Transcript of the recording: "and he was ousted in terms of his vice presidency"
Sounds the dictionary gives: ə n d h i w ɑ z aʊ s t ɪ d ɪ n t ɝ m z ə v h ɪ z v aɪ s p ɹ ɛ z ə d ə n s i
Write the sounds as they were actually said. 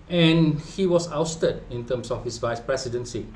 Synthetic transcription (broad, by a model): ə n h i w ɑ s aʊ s t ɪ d ɪ n t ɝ m s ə f h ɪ s v aɪ s p ɹ ɛ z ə d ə n s i